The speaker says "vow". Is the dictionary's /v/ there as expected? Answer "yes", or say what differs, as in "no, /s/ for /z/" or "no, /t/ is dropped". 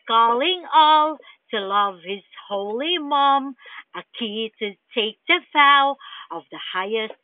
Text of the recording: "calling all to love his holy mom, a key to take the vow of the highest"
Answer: no, /f/ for /v/